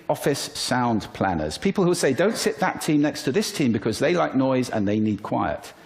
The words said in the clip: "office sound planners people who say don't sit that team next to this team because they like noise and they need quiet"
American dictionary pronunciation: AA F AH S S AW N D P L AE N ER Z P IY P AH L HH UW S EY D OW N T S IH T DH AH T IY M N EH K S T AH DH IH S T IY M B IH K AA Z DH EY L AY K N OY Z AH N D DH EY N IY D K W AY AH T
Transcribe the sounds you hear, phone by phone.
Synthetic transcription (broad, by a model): AA F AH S S AW N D P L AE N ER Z P IY P AH L HH UW S EY D OW N T S IH T DH AH T IY M N EH K S T AH DH IH S T IY M B IH K AA Z DH EY L AY K N OY Z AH N DH EY N IY D K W AY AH T